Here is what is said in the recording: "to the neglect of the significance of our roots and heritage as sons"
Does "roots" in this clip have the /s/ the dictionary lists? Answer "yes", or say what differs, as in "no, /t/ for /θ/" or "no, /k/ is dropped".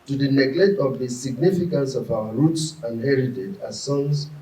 yes